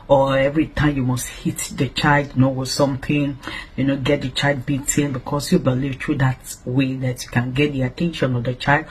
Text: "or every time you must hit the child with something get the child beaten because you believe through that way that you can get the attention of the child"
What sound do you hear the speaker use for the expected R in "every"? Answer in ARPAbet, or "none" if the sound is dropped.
R